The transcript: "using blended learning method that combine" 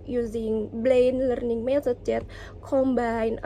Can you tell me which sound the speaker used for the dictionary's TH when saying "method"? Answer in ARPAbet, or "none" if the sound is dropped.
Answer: S